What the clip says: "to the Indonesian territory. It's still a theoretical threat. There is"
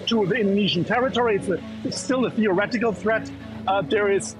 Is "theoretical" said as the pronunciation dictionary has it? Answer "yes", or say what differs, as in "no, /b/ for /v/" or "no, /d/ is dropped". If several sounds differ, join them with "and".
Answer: yes